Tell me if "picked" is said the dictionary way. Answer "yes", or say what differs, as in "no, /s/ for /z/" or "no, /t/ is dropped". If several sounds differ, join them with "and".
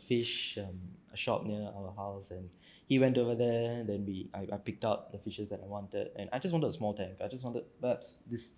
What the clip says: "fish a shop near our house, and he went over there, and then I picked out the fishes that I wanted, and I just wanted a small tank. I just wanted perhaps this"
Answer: yes